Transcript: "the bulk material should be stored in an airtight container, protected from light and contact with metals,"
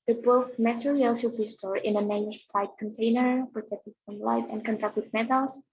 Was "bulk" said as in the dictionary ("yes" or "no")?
no